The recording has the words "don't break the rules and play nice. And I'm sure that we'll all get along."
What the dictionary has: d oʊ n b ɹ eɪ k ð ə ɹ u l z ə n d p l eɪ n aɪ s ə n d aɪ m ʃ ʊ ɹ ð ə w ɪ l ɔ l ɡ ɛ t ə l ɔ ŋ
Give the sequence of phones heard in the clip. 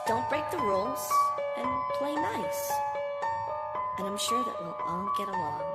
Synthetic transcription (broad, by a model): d oʊ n b ɹ eɪ k ð ə ɹ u l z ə n p l eɪ n aɪ s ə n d aɪ m ʃ ʊ ɹ ð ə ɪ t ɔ n ɡ ɛ t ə l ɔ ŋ